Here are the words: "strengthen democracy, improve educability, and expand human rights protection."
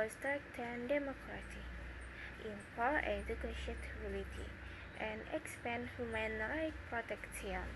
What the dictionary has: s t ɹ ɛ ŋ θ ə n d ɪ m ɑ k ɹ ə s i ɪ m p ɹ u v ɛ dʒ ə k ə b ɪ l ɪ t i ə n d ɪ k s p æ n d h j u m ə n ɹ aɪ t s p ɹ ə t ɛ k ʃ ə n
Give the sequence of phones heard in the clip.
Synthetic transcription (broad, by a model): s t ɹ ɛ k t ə n d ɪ m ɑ k ɹ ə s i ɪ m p ɑ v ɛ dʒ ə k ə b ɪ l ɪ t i ə n d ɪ k s p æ n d h j u m ə n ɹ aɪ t p ɹ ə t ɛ k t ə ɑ